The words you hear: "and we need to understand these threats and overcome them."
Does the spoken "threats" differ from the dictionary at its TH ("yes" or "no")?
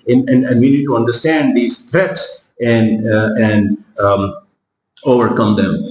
yes